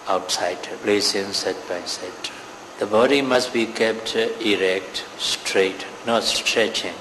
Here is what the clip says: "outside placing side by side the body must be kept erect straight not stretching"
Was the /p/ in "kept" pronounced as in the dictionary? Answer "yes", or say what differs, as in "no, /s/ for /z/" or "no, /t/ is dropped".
yes